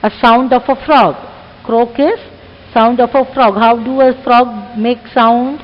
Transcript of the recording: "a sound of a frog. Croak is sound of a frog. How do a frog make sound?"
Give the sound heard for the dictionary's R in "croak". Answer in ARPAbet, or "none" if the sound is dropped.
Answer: R